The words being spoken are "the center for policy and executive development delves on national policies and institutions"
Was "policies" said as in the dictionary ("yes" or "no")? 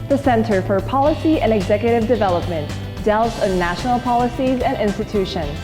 yes